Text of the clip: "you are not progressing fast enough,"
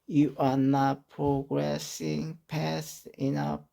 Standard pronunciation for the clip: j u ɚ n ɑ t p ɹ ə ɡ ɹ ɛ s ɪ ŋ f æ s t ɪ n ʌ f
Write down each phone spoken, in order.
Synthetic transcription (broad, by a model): j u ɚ n ɑ t p ɹ ə ɡ ɹ ɛ s ɪ ŋ p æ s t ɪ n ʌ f